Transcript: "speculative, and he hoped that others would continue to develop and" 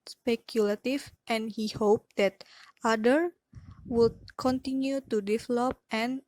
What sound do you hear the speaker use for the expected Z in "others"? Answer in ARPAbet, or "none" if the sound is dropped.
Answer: none